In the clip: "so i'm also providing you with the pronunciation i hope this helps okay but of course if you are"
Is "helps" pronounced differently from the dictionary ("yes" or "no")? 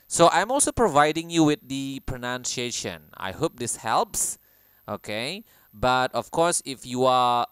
no